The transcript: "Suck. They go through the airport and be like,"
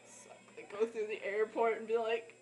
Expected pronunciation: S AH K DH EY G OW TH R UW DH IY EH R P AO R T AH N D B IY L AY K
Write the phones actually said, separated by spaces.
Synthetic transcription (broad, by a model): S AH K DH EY G OW TH R UW DH IY EH R P AO R T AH N B IY L AY K